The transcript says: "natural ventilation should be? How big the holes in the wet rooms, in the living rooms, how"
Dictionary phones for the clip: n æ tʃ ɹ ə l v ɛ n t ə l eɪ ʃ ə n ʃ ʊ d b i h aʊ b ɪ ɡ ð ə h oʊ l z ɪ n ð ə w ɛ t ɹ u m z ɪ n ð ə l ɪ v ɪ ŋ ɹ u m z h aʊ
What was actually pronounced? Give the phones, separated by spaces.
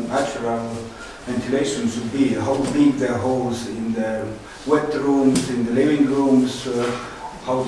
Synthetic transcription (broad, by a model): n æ tʃ ɹ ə l v ɛ n t ə l eɪ ʃ ə n s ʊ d b i h aʊ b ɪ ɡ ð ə h oʊ l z ɪ n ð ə w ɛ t ɹ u m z ɪ n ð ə l ɪ v ɪ ŋ ɹ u m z h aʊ